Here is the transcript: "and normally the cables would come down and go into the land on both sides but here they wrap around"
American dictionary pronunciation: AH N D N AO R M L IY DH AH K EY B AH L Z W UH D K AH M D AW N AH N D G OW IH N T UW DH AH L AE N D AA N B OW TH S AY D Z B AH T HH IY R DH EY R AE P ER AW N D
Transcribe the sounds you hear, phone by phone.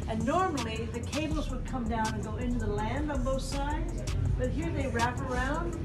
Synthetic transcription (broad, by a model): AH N N AO R M L IY DH AH K EY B L Z W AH D K AH M D AW N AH N G OW IH N T UW DH AH L AE N D N B OW TH S AY D Z B AH T HH IY R DH EY R AE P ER AW N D